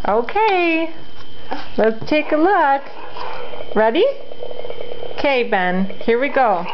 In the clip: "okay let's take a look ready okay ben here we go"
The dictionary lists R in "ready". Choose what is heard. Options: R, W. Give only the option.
R